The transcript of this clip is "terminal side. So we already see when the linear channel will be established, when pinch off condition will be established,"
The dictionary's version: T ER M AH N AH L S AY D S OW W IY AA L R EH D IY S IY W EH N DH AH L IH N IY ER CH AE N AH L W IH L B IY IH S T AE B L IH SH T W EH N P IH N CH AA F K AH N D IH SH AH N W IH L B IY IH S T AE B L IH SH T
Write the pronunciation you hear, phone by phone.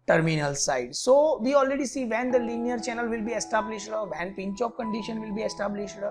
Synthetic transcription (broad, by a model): T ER M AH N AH L S AY D S OW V IY AA L R EH D IY S IY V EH N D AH L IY N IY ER CH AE N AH L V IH L B IY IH S T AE B L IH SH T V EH N P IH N CH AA P K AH N D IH SH AH N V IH L B IY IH S T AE B L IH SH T